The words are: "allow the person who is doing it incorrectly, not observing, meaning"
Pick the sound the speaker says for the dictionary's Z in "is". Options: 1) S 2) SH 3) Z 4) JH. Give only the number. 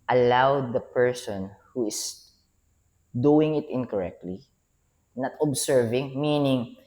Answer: 1